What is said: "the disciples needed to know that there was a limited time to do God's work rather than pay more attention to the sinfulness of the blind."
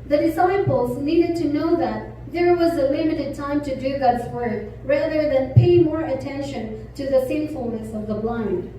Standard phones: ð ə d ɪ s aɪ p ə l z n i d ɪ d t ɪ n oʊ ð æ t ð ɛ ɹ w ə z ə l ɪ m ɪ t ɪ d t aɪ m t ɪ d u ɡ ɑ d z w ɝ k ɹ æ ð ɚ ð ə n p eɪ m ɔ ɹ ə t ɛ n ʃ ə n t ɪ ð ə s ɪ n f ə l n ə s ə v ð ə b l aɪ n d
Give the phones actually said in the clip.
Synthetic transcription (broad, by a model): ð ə d ɪ s aɪ p ə l z n i d ɪ d t ɪ n oʊ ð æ t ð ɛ ɹ w ə z ə l ɪ m ɪ t ɪ d t aɪ m t ɪ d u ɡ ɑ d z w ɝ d ɹ æ ð ɚ ð ə n p eɪ m ɔ ɹ ə t ɛ n ʃ ə n t ɪ ð ə s ɪ n f ə l n ə s ə v ð ə b l aɪ n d